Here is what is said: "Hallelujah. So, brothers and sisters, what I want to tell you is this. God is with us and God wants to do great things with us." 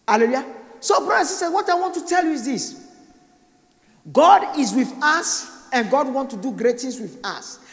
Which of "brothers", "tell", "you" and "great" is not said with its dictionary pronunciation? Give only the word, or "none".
brothers